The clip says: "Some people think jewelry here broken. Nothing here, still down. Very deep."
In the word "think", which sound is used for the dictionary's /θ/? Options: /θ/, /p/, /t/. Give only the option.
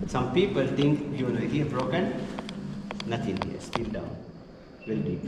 /t/